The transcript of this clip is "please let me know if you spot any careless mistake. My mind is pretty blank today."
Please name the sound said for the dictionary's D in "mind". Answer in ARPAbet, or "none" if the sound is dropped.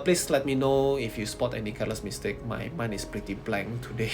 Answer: none